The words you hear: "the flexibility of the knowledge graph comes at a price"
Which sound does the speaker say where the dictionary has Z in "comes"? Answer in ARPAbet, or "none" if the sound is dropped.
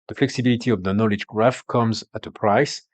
Z